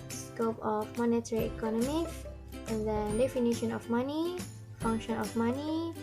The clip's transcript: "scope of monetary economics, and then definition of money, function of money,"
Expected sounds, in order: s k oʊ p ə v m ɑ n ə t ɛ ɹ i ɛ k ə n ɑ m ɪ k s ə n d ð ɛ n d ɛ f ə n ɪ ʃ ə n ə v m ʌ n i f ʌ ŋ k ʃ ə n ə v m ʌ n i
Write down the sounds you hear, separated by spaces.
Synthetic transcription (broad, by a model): s k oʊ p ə f m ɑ n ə t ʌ ɹ i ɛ k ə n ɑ m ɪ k ə n d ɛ d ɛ f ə n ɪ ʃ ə n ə f m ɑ n i f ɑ ŋ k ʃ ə n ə f m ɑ n i